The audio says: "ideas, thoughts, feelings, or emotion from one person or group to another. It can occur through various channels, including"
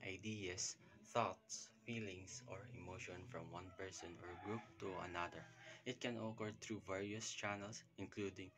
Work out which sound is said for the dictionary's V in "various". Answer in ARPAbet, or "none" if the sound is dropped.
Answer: V